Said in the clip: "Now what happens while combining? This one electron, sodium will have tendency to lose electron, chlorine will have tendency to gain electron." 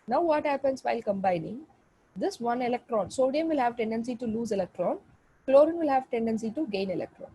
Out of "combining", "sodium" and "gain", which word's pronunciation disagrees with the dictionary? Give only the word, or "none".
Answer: none